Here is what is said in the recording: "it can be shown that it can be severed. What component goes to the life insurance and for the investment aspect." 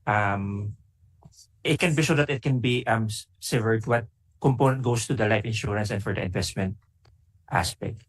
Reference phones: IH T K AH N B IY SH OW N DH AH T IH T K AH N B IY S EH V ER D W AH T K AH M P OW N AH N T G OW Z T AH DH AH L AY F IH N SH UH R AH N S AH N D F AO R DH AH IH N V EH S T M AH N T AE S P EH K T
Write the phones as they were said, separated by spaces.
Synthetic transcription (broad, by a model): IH T K AH N B IY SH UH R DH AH T IH T K AH N B IY S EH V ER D W AH T K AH M P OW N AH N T G OW S T AH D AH L AY F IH N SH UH R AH N S AH N D F AO R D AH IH N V EH S T M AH N T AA S P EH K T